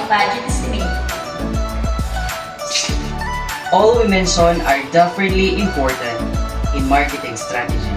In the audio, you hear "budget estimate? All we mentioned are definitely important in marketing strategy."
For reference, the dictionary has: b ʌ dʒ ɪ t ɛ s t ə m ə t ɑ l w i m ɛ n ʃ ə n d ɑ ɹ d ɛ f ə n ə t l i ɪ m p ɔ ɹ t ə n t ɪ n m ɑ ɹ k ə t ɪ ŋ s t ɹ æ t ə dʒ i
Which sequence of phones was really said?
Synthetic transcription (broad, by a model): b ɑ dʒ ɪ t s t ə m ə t ɑ l w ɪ m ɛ n s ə n ɑ ɹ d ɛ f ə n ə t l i ɪ m p ɔ ɹ t ə n t ɪ n m ɑ ɹ k ə t ɪ ŋ s t ɹ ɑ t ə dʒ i